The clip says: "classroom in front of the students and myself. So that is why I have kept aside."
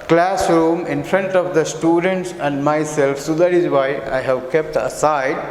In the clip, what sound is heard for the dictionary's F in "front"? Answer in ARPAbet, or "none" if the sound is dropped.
P